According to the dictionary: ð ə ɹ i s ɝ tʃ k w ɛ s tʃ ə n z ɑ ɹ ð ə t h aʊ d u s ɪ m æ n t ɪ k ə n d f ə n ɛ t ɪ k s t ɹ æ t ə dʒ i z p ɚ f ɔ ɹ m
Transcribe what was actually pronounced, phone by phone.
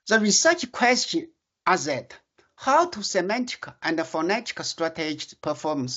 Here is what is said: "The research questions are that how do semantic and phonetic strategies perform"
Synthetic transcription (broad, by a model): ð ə ɹ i s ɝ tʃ k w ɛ s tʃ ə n ɑ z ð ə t h aʊ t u s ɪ m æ n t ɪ k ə n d f ə n ɛ t ɪ k s t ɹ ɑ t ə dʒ p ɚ f ɔ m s